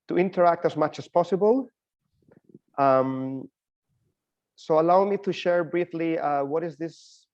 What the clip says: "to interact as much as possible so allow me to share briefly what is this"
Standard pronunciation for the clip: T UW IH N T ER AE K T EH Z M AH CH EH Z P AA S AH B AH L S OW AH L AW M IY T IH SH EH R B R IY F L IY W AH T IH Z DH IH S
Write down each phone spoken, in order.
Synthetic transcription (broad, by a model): T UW IH N T ER AE K T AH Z M AH CH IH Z P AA S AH B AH L S OW AH L AW M IY T IH SH EH R B R IY F L IY W AH T IH Z DH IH S